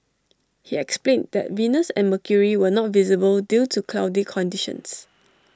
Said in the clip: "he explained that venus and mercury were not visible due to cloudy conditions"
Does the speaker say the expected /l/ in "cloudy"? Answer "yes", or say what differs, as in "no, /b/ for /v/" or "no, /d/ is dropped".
yes